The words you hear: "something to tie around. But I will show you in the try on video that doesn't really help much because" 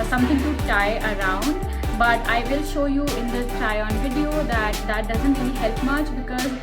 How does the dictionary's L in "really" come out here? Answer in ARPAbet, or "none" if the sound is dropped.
N